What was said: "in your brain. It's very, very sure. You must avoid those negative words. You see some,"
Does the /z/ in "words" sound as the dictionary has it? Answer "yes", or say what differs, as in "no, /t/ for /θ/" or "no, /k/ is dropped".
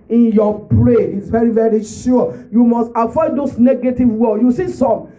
no, /z/ is dropped